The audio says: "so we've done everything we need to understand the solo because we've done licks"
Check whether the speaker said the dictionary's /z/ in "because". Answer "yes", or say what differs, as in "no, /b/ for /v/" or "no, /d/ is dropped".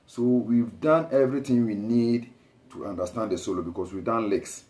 no, /s/ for /z/